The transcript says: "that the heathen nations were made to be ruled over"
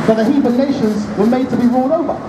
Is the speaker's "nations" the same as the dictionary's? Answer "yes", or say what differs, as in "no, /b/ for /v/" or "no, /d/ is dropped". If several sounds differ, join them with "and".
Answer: yes